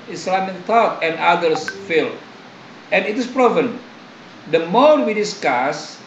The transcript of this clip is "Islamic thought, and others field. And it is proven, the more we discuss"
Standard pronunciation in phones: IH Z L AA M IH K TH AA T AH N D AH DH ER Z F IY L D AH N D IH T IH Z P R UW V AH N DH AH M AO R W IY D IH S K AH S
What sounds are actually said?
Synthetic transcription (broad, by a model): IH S L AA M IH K T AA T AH N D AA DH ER S F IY L AH N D IH T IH S P R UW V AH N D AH M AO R W IY D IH S K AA S